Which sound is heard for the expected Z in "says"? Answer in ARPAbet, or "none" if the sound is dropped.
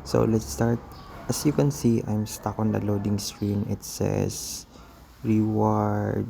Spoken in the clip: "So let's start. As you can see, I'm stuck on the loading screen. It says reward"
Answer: S